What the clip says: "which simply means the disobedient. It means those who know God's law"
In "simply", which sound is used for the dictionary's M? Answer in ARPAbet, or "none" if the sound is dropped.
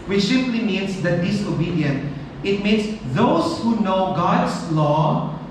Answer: none